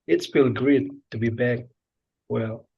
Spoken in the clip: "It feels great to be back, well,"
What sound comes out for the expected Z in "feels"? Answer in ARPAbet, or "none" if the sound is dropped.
none